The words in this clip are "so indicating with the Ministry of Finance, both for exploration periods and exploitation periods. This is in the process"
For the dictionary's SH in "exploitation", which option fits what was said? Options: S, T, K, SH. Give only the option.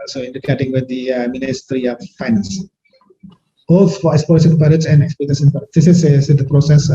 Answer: S